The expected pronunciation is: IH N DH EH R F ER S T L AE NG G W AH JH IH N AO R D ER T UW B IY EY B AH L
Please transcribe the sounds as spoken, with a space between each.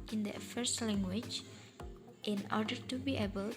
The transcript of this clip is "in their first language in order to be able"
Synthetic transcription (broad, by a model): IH N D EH F ER S T L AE NG G W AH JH IH N AO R D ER T UW B IY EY B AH L